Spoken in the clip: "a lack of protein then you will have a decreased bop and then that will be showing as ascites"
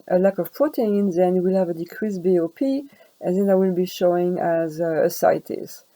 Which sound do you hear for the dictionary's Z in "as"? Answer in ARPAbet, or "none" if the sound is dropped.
Z